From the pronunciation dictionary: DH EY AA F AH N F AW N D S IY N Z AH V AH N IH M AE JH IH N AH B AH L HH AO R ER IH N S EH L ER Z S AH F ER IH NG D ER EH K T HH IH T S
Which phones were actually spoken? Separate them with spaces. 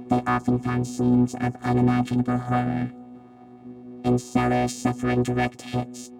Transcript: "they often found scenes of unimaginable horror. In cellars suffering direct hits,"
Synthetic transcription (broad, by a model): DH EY AA F AH N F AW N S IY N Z AH V AH N IH M AE JH IH N AH B AH L HH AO R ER IH N S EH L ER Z S AH F ER IH NG D ER EH K T HH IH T S